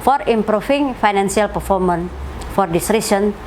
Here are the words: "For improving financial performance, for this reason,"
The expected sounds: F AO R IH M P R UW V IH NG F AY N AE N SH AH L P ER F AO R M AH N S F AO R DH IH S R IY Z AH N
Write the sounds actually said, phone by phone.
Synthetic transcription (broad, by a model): F AO R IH M P R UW F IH NG F AY N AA N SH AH L P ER F AO R M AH N F AO R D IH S R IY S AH N